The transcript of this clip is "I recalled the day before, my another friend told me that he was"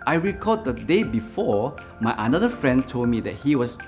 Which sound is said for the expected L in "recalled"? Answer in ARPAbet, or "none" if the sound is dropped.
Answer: none